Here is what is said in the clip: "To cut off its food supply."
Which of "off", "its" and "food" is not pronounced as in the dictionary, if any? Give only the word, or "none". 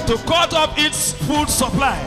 off